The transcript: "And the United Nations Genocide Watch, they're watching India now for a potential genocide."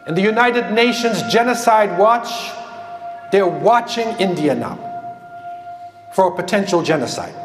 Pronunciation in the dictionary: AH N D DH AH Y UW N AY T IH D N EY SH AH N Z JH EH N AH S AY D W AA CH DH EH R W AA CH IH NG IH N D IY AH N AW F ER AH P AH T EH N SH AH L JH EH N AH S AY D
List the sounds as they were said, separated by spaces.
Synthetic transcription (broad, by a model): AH N DH AH Y UW N AY T IH D N EY SH AH N Z JH EH N AH S AY D W AA CH DH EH R W AA CH IH NG IH N D IY AH N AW F ER AH P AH T EH N SH L JH EH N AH S AY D